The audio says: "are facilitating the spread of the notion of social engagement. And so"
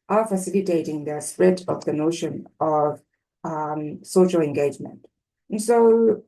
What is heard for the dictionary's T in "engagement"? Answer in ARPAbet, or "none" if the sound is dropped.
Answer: T